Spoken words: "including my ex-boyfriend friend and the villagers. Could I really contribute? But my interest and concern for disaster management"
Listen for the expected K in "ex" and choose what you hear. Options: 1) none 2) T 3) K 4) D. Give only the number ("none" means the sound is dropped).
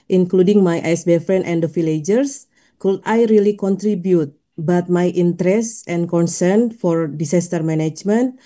1